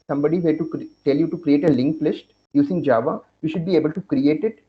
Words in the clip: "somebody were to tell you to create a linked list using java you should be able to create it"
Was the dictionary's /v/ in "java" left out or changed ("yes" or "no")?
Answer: no